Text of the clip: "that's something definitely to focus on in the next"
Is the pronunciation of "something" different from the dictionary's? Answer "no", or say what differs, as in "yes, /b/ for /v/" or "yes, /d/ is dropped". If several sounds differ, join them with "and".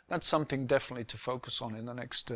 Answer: no